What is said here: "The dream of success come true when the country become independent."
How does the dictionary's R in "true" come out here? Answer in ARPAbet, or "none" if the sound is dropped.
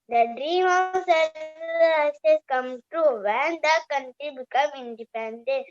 none